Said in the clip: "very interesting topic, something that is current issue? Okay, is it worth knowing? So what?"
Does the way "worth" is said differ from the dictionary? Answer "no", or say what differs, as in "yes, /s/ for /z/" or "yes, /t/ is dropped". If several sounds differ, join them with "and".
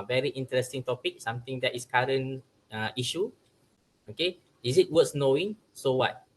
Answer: yes, /s/ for /θ/